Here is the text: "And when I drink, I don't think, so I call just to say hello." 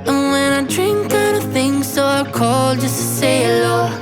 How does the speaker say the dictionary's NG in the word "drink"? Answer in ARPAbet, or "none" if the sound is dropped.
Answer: NG